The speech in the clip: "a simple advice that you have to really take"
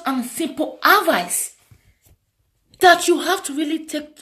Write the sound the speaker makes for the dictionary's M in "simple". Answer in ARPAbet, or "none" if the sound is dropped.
M